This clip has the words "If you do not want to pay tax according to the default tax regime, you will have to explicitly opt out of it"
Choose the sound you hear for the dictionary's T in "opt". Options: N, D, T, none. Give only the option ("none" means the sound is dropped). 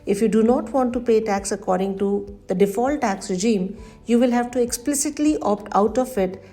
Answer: T